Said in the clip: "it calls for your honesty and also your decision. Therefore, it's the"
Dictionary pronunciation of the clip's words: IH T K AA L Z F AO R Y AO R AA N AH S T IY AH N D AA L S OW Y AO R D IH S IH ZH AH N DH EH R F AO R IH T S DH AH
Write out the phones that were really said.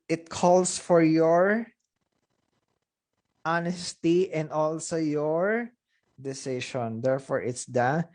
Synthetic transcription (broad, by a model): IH T K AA L S F AO R Y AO R AA N AH S T IY AH N D AA L S OW Y AO R D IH S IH SH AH N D EH R F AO R IH T S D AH